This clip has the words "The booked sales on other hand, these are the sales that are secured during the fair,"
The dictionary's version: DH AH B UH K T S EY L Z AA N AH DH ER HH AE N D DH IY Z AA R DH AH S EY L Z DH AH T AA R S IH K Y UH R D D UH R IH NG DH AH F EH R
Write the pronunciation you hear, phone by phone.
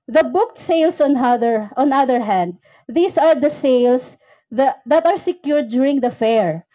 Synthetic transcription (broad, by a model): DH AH B UH K T S EY L S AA N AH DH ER HH AE N D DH IY S AA R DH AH S EY L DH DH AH T AA R S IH K Y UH R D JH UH R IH NG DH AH F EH R